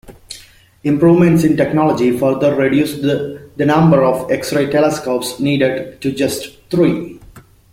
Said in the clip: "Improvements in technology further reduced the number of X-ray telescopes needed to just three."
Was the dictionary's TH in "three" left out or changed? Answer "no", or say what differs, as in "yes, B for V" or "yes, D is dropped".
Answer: yes, T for TH